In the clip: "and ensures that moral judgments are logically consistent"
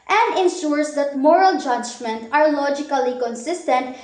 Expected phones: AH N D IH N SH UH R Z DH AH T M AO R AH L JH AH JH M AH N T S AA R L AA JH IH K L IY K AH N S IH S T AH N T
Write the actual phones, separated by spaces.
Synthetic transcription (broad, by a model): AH N D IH N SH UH R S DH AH T M AO R AH L JH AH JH M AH N T AA R L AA JH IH K L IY K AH N S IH S T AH N T